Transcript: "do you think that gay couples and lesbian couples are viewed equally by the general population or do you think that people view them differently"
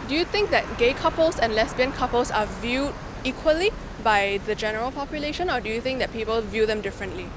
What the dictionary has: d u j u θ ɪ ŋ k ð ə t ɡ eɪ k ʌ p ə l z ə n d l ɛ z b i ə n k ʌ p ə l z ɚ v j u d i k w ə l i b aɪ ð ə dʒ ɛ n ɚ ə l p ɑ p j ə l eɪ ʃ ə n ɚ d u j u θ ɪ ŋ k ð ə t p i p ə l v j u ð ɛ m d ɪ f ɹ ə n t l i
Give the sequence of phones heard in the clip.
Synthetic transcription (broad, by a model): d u j u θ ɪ ŋ k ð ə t ɡ eɪ k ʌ p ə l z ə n l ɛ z b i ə n k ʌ p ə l s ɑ v j u d i k w ə l i b aɪ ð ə dʒ ɛ n ɚ ə l p ɑ p j ə l eɪ ʃ ə n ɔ d u j u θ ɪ ŋ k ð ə t p i p ə l v j u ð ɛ m d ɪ f ɹ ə n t l i